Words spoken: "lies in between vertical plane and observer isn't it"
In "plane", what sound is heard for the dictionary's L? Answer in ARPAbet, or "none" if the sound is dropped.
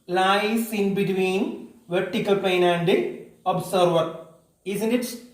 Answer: none